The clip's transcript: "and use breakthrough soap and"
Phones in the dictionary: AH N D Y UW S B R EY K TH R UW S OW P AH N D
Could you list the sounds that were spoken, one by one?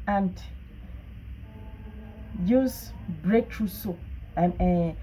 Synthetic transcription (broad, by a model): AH N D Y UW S B R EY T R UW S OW AH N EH